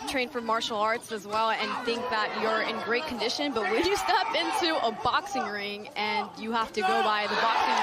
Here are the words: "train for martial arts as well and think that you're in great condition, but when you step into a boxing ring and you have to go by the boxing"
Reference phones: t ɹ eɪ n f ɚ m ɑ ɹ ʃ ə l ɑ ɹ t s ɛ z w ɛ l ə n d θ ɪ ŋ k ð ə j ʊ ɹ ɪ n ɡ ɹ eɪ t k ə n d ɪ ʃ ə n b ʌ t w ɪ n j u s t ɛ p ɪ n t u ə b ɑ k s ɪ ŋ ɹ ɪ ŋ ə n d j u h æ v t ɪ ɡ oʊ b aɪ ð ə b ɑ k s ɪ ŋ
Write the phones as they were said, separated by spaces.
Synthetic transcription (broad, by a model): t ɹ eɪ n f ɚ m ɑ ɹ ʃ l ɑ ɹ t s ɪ z w ɛ l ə n θ ɪ ŋ k ð ə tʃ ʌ ɹ ɪ n ɡ ɹ eɪ t k n d ɪ ʃ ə n b ʌ t w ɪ l j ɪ s t ɛ p ɪ n t u ə b ɑ k s ɪ ŋ ɹ ɪ ŋ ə n j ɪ h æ f t ɪ ɡ oʊ b aɪ ð ə b ɑ k s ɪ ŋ